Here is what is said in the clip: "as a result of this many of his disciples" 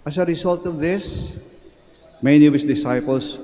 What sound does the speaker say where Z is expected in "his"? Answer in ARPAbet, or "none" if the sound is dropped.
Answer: S